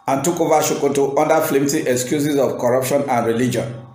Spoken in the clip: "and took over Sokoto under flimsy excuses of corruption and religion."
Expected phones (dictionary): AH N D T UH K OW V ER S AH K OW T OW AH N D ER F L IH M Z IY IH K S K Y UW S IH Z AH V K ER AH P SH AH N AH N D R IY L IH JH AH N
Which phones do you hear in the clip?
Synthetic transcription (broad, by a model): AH N T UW K OW V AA SH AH K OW T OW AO N D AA F L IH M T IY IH K S K Y UW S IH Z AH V K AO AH P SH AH N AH N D R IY L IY JH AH N